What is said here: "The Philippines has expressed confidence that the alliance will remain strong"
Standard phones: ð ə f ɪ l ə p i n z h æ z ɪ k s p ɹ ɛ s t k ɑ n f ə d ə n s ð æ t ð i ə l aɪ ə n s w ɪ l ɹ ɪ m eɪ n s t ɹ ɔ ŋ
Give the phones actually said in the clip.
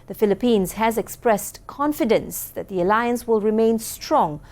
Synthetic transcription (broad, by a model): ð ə f ɪ l ə p i n z h æ z ɪ k s p ɹ ɛ s t k ɑ n f ə d ə n s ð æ t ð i ə l aɪ ə n s w ɪ l ɹ ɪ m eɪ n s t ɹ ɔ ŋ